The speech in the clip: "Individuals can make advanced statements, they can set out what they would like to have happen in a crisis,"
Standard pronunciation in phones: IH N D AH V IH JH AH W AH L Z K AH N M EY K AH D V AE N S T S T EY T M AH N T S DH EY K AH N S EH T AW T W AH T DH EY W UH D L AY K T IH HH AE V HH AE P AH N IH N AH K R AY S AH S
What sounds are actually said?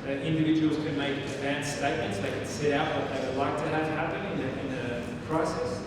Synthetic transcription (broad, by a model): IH N D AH V IH JH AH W L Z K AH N M EY AH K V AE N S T S T EY T M AH N T S DH EY K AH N S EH T AW T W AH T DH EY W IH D L AY K T IH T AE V HH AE P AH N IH N AH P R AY S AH S